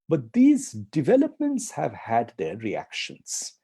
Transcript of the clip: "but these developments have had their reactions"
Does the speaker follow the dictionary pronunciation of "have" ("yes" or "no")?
yes